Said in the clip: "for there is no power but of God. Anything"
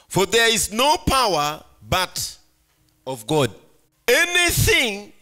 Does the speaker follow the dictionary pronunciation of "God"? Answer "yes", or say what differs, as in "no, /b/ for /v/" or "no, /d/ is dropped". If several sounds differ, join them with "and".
yes